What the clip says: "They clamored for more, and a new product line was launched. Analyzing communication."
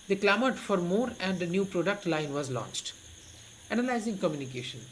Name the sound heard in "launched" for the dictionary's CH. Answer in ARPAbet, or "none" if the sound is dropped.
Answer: CH